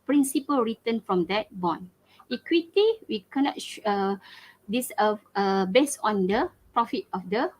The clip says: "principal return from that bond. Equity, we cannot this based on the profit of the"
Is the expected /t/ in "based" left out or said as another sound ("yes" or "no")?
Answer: yes